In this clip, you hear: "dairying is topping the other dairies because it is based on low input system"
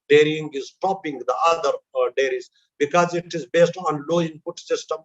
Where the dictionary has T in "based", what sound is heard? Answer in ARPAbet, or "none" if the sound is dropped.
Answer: T